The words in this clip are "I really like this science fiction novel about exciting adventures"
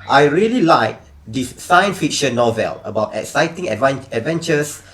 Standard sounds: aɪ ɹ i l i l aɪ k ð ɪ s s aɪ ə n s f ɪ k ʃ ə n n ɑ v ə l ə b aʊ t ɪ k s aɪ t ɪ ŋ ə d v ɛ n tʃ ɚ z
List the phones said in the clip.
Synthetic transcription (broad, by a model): aɪ ɹ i l i l aɪ k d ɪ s s aɪ ə n s f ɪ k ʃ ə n n ɑ v ə l ə b aʊ t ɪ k s aɪ t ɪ ŋ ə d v ɛ n tʃ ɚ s